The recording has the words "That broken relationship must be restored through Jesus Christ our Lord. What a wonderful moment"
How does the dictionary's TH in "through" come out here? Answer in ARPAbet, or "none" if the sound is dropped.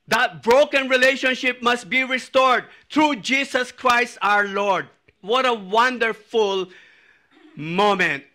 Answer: T